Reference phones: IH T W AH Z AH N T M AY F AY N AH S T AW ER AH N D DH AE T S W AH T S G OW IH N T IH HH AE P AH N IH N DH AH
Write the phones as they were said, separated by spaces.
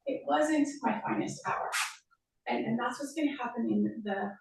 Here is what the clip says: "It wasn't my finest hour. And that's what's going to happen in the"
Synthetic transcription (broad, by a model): IH T W AH Z AH N T M AY F AY N AH S T AW ER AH N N DH AE T S W AH T S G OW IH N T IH HH AE P AH N IH N DH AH